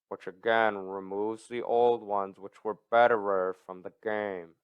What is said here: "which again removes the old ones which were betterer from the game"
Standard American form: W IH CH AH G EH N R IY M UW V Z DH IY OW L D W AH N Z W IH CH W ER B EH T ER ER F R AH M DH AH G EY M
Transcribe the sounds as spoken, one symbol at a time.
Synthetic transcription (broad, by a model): W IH CH AH G EH N R IY M UW V Z DH IY OW L D W AH N Z W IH CH W ER B EH T ER ER F R AH M DH AH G EY M